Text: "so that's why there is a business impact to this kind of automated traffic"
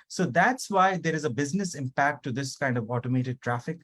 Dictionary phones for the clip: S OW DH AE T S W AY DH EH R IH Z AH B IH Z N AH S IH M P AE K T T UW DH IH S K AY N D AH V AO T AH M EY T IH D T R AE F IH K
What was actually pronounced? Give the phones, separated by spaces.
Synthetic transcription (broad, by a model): S OW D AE T S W AY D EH R IH Z AH B IH Z N AH S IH M P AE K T T UW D IH S K AY N D AH V AO T AH M EY T IH D T R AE F IH K